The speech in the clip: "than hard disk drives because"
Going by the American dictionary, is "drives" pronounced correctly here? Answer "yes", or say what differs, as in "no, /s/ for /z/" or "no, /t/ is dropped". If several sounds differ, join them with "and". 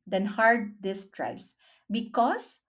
no, /s/ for /z/